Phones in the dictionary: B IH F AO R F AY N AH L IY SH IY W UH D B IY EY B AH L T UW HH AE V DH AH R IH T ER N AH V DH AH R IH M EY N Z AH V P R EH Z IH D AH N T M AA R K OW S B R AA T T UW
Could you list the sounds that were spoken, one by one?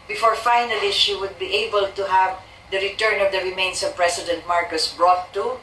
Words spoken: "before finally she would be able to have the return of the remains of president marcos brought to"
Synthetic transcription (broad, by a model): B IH F AO R F AY N AH L IY SH IY W UH D B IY EY B AH L T UW HH AE V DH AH R IH T ER N AH V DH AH R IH M EY N S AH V P R EH S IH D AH N T M AA R K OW S B R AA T T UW